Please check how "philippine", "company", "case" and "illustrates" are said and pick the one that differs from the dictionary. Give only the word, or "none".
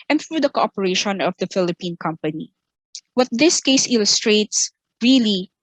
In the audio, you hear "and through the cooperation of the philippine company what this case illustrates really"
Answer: none